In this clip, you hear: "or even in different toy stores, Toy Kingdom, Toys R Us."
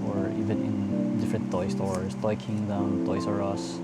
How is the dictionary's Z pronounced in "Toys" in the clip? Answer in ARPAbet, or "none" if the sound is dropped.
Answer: S